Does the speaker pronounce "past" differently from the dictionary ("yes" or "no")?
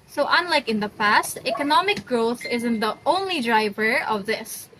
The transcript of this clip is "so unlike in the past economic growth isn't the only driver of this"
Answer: no